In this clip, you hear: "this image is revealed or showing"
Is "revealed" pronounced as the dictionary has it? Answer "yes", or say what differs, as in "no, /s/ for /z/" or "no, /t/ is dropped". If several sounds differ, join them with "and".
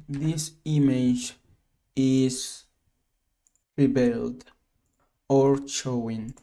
no, /b/ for /v/